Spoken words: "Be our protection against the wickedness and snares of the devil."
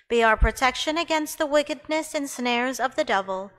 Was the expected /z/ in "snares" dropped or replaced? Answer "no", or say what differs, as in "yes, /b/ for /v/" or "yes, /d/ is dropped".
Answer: no